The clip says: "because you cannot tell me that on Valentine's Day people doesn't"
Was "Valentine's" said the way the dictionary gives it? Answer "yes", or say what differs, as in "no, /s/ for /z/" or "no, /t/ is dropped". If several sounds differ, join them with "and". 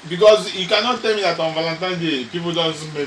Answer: no, /z/ is dropped